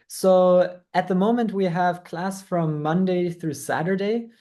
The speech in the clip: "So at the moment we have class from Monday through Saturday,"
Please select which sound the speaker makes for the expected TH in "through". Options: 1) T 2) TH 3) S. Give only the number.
2